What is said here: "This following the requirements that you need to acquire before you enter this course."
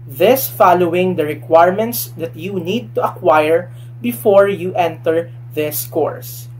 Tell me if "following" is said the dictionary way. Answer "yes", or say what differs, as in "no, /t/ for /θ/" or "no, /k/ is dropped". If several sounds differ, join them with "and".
yes